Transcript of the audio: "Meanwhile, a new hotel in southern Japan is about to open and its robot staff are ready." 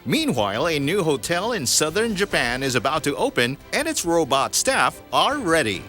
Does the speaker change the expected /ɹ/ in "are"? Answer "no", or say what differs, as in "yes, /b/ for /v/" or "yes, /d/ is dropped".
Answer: yes, /l/ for /ɹ/